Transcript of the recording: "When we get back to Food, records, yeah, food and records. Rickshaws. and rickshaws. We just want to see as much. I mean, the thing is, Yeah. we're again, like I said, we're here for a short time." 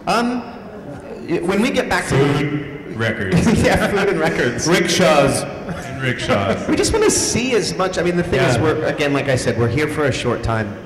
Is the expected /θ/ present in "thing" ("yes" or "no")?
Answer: yes